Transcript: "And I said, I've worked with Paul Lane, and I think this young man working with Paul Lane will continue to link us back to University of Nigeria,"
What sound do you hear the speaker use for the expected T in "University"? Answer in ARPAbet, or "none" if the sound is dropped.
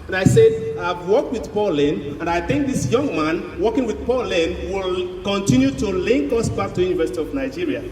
T